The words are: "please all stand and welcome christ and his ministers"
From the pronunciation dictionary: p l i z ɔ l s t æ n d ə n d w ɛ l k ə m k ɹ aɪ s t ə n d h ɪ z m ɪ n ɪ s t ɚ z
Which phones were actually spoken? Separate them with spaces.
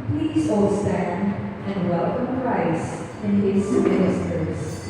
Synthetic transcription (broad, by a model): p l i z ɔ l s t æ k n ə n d w ɛ l k ə m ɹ aɪ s ə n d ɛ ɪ s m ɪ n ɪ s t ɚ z